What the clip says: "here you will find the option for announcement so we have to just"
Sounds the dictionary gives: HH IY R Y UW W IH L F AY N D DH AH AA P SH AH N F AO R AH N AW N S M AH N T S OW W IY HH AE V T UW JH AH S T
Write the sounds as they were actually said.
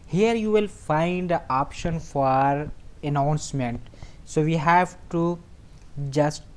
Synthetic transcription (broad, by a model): HH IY R Y UW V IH L F AY N D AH AA P SH AH N F AO R AH N AW N S M AH N T S OW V IY HH AE V T UW JH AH S T